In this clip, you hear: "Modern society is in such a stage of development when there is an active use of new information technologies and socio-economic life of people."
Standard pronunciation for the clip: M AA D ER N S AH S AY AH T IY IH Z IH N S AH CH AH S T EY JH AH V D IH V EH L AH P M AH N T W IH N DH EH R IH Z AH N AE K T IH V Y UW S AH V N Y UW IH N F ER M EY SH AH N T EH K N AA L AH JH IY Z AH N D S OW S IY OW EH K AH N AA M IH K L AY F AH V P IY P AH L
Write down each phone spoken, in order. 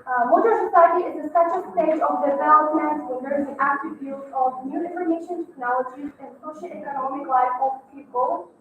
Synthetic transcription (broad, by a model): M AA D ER S AH S AY AH T IY IH Z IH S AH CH AH S T EY JH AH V D IH V EH L AH P M AH N T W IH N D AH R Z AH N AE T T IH B Y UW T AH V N Y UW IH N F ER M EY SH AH N T EH K N AA L AH JH IY Z AH N D S OW SH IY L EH K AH N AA M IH K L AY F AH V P IY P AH L